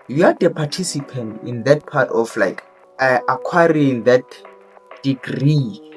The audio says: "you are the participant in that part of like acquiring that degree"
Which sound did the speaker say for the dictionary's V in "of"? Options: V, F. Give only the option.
F